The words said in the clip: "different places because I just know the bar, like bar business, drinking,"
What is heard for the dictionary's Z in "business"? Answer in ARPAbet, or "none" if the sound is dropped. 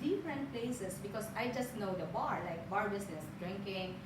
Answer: S